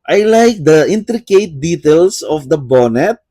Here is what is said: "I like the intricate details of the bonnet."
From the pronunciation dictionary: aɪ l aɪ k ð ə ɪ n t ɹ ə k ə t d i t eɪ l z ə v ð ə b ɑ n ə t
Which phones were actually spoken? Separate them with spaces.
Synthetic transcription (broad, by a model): aɪ l aɪ k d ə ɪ n t ɹ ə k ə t d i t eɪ l s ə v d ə b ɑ n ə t